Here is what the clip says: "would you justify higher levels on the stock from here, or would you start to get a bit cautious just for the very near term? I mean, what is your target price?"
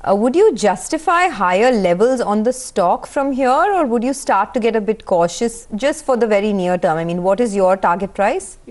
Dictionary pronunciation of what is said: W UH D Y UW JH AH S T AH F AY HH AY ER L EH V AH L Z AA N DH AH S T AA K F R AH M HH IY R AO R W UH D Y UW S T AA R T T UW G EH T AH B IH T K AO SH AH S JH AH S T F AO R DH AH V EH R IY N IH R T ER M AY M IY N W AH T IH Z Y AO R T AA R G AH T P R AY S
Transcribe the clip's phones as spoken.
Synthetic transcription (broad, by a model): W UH D Y UW JH AH S T AH F AY HH AY ER L EH V AH L Z AA N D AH S T AA K F R AH M HH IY R AO R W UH D Y UW S T AA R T T UW G EH T AH B IH T K AO SH AH S JH AH S T F AO R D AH V EH R IY N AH R T ER M AY M IY N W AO T IH Z Y AO R T AA R G AH T P R AY S